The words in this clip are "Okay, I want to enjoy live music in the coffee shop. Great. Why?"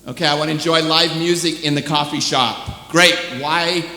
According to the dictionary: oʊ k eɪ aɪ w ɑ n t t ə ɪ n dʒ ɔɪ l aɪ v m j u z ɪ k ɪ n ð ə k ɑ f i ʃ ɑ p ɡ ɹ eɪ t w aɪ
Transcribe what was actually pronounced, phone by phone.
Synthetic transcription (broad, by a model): oʊ k eɪ aɪ w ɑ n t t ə ɪ n dʒ ɔɪ l aɪ v m j u z ɪ k ɪ n ð ə k ɑ f i ʃ ɑ p ɡ ɹ eɪ t w aɪ